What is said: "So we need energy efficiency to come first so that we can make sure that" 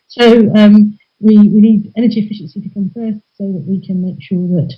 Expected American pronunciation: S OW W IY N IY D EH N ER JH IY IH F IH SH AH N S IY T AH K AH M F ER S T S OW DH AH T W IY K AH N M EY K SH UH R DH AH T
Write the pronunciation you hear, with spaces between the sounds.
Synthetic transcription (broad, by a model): S OW W IY N IY D EH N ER JH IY IH F IH SH AH N S IY T AH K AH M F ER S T S OW DH AH T W IY K AH N M EY K SH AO DH AH T